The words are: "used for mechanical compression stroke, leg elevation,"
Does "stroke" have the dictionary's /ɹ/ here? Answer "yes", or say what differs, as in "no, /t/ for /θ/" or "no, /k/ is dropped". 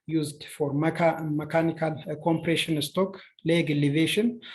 no, /ɹ/ is dropped